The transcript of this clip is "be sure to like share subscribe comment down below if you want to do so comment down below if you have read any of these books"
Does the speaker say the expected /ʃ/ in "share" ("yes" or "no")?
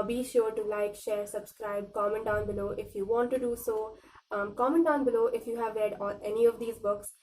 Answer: yes